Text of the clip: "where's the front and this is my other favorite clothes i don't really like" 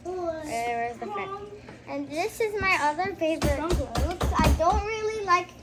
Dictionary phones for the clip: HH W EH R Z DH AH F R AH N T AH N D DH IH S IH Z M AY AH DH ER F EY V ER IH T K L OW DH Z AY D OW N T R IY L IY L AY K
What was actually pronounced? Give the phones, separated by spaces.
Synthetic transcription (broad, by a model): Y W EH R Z DH AH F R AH T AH N DH IH S IH Z M AY AH DH ER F EY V ER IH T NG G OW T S AY D OW N T R IY L IY L AY K